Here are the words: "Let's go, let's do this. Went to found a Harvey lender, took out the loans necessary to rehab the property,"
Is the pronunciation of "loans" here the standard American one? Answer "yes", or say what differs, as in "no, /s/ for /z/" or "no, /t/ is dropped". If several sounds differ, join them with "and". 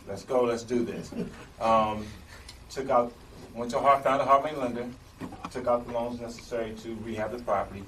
yes